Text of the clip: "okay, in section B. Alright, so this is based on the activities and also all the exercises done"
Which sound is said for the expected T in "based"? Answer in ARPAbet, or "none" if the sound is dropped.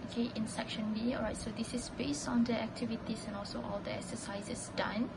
T